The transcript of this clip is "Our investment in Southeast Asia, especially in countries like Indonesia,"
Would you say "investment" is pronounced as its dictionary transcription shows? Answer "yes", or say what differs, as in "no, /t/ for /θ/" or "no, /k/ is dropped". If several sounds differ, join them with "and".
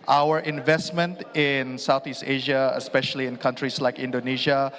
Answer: yes